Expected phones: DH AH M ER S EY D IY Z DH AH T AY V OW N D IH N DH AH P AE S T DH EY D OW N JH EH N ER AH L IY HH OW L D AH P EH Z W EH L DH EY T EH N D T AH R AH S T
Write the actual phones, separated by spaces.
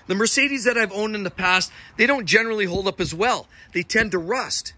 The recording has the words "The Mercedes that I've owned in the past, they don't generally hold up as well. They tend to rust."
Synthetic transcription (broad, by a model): DH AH M ER S EY D IY Z DH AH T AY V OW N D IH N DH AH P AE S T DH EY D OW N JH EH N ER L IY HH OW L D AH P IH Z W EH L DH EY T EH N T AH R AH S T